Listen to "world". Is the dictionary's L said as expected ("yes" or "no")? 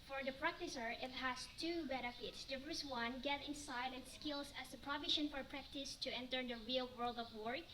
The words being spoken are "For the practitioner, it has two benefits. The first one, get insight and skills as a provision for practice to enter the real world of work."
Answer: yes